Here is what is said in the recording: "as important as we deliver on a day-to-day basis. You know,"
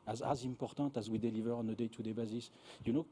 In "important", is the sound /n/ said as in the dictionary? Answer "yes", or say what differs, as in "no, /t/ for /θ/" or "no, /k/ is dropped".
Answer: no, /n/ is dropped